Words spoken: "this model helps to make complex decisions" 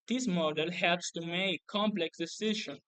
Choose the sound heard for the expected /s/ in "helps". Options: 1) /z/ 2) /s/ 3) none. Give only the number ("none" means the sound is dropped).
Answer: 2